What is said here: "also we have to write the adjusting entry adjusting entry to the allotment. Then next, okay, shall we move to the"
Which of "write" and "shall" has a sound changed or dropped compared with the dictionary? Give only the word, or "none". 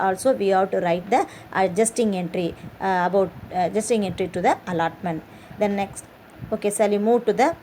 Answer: shall